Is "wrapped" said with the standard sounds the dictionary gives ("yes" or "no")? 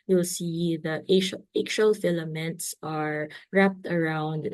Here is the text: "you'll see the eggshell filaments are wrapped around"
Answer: yes